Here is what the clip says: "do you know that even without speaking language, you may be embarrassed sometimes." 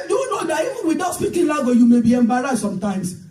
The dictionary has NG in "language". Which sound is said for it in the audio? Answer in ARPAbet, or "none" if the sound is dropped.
none